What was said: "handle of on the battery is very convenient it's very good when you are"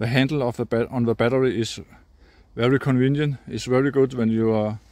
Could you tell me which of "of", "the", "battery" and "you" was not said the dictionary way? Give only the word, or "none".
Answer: of